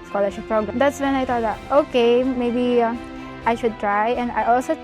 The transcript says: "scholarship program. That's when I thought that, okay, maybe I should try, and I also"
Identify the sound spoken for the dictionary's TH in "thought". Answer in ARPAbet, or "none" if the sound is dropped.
T